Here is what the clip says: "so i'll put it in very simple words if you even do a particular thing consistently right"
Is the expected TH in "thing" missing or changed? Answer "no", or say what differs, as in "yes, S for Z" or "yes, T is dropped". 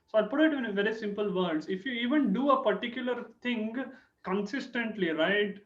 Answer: yes, T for TH